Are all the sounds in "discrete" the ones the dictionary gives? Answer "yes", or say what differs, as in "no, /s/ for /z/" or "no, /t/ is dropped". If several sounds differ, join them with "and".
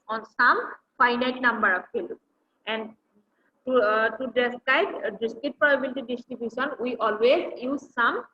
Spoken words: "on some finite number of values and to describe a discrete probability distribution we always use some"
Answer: no, /ɹ/ is dropped